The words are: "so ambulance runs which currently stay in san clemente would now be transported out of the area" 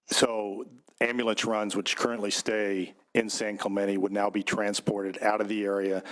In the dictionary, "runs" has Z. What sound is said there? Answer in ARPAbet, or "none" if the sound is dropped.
Z